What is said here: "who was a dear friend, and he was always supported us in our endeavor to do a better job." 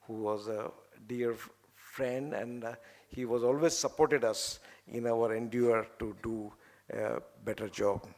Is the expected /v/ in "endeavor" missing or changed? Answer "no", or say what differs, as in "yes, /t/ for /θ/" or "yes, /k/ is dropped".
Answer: yes, /v/ is dropped